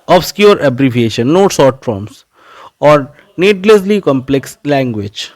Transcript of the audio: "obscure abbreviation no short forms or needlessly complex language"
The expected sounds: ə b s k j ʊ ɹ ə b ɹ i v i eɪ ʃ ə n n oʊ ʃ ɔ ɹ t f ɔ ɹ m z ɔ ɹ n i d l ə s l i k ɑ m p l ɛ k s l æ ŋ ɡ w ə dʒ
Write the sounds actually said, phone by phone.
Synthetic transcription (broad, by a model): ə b s k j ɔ ɹ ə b ɹ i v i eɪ ʃ ə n n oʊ s ɔ ɹ t f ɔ ɹ m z ɔ ɹ n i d l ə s l i k ɑ m p l ɛ k s l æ ŋ ɡ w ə dʒ